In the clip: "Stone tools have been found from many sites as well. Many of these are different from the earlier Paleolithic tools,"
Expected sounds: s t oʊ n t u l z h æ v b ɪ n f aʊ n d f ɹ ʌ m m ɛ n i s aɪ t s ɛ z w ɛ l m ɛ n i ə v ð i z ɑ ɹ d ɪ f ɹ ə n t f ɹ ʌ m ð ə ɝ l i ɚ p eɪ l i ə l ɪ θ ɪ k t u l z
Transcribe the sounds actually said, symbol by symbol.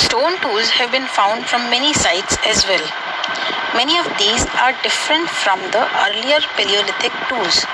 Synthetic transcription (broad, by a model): s t oʊ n t u l z h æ v b ɪ n f aʊ n d f ɹ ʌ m m ɛ n i s aɪ t s ɛ z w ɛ l m ɛ n i ə v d i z ɑ ɹ d ɪ f ɹ ə n t f ɹ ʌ m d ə ɝ l i ɚ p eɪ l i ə l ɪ t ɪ k t u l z